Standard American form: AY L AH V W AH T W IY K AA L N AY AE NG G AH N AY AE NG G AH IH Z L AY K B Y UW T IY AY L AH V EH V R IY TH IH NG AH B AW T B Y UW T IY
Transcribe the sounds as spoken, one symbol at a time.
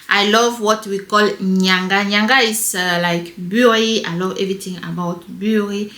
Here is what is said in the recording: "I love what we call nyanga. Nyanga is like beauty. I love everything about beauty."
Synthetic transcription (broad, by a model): AY L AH V W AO T W IY K AA L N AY NG G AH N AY NG G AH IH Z L AY K B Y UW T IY AY L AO V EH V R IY T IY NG AH B AW T B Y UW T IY